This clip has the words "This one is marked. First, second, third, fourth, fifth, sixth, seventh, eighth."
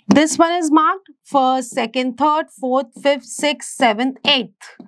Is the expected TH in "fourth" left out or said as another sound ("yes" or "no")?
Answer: yes